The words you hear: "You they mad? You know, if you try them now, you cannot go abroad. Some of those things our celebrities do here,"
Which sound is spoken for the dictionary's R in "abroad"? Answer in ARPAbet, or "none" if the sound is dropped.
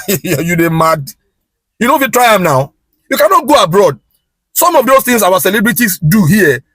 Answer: R